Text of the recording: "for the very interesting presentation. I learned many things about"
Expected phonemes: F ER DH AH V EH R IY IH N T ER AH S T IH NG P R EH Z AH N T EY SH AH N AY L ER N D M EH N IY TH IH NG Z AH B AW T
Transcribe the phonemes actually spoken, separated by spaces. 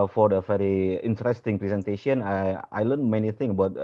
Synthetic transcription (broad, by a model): F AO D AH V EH R IY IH N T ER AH S T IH NG P R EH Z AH N T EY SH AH N AY L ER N M EH N IY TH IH NG AH B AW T